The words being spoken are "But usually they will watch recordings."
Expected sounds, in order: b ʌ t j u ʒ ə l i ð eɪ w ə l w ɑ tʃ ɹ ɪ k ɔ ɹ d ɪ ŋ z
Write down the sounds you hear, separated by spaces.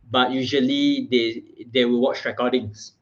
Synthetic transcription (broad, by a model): b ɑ t j u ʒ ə l i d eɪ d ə w w ɑ tʃ ɹ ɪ k ɔ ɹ d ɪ ŋ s